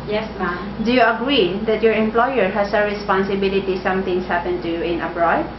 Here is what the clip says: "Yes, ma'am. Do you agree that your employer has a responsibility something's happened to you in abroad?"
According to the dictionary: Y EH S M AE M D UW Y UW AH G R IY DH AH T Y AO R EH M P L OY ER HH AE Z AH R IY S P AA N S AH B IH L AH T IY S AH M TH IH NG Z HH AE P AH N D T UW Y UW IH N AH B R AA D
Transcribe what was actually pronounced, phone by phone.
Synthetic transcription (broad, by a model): Y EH S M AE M D UW Y UW AH G R IY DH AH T Y AO R EH M P L OY ER HH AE S AH R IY S P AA N S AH B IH L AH T IY S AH M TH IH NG S HH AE P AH N T UW Y UW IH N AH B R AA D